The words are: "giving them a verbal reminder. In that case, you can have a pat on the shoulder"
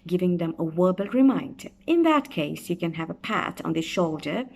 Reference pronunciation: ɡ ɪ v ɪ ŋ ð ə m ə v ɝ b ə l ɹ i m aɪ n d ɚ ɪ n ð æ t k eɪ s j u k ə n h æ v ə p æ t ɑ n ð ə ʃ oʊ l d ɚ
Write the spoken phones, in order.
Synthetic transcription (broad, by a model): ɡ ɪ v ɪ ŋ ð ə m ə w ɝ b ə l ɹ i m aɪ n d ɚ ɪ n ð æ t k eɪ s j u k ə n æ v ə p æ t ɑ n ð ə ʃ oʊ l d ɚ